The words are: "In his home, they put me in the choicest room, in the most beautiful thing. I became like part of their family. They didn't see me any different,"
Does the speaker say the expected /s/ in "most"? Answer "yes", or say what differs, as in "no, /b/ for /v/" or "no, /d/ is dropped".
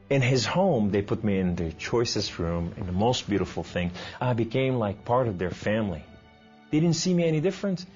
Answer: yes